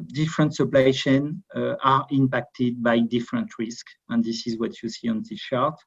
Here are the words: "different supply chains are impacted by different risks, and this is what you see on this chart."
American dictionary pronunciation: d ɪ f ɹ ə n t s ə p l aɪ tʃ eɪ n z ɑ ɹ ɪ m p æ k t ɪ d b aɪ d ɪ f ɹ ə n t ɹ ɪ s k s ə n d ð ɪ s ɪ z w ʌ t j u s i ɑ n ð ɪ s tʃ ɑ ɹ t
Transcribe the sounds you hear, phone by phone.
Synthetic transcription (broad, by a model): d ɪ f ɹ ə n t s ə p l aɪ ʃ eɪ n ɑ ɹ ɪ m p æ k t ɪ d b aɪ d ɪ f ɹ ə n t ɹ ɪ s k ə n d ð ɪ s ɪ z w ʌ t j u s i ɑ n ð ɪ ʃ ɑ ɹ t